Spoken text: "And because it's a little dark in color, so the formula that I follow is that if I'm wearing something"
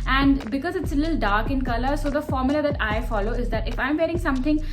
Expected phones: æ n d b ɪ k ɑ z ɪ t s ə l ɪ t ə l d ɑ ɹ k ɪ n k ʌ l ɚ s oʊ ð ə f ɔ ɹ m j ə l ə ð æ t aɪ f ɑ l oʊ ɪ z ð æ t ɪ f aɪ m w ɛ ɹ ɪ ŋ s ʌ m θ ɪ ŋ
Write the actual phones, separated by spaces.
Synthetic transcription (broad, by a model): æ n d b ɪ k ɑ z ɪ t s ə l ɪ t l d ɑ ɹ k ɪ n k ʌ l ɚ s oʊ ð ə f ɔ ɹ m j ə l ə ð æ t aɪ f ɑ l oʊ ɪ z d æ t ɪ f aɪ m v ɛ ɹ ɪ ŋ s ʌ m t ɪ ŋ